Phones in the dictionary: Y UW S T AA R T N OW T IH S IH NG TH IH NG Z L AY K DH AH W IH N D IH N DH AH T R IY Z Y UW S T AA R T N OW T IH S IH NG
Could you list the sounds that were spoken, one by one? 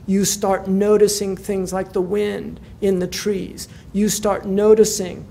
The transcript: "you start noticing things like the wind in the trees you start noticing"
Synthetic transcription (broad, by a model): Y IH S T AA R T N OW T IH S IH NG TH IH NG Z L AY K DH AH W IH N D IH N DH AH T R IY Z Y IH S T AA R T N OW T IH S IH NG